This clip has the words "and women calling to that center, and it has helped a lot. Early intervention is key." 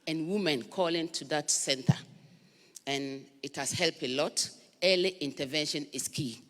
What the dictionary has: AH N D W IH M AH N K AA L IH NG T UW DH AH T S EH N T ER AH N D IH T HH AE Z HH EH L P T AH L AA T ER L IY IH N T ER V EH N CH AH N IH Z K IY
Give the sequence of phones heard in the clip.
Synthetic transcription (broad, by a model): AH N W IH M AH N K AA L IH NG T UW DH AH T S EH N T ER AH N IH T HH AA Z HH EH L P AH L AA T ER L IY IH N T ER V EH N SH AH N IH S K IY